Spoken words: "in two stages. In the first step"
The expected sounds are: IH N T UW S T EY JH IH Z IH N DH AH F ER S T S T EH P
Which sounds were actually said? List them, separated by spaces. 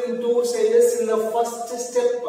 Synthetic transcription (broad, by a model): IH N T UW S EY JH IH S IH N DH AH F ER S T S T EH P